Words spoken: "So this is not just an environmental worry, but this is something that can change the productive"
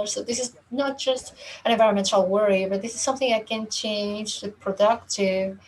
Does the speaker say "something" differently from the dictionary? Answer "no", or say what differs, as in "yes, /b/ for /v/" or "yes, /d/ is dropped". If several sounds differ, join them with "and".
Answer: no